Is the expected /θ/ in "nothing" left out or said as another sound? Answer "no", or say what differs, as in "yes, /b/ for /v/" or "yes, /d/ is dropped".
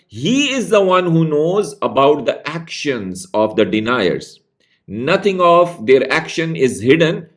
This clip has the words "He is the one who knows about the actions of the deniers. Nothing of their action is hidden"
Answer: yes, /t/ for /θ/